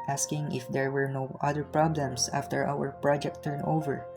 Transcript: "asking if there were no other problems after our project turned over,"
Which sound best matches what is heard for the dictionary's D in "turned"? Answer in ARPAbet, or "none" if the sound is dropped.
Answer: none